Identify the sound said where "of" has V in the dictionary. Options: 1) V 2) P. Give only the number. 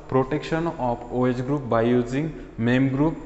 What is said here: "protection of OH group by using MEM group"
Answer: 2